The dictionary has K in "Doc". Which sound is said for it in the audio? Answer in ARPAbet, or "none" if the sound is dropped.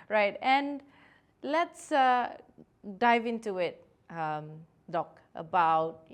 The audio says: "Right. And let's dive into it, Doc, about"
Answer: K